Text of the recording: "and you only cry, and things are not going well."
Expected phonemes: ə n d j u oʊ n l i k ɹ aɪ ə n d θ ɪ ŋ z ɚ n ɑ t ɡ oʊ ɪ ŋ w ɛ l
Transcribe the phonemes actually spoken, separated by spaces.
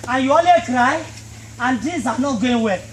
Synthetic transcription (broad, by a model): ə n j u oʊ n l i k ɹ aɪ ə n d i z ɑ n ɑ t ɡ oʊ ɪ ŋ w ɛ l